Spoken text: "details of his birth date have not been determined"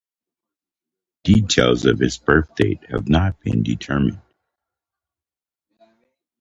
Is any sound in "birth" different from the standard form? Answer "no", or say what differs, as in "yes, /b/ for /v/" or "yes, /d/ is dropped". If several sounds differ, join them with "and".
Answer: no